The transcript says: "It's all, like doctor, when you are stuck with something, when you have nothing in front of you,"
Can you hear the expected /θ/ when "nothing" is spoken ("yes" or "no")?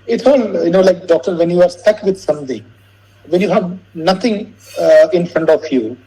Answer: no